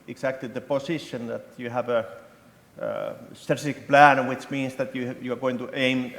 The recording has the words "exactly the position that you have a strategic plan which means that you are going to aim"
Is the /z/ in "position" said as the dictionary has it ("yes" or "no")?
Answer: no